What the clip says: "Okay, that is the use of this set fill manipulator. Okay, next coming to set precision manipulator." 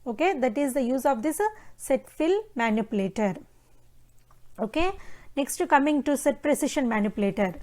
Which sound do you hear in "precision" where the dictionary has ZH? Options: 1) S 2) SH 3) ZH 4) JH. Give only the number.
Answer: 2